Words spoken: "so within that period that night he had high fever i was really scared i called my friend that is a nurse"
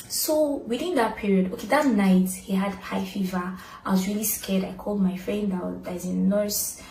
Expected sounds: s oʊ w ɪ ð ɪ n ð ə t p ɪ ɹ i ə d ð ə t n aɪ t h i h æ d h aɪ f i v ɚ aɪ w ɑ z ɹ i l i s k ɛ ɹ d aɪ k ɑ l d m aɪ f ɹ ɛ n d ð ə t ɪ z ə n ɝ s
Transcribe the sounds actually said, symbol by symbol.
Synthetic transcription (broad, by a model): s oʊ w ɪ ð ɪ n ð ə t p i ɹ i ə d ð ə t n aɪ t h i h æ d h aɪ f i v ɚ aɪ w ɑ z ɹ i l i s k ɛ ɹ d aɪ k ɑ l d m aɪ f ɹ ɛ n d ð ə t ɪ z ə n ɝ s